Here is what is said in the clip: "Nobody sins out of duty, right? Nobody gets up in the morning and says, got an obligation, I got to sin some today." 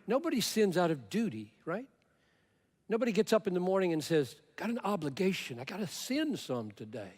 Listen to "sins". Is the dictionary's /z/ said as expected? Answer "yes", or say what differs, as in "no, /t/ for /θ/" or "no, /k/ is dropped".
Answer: yes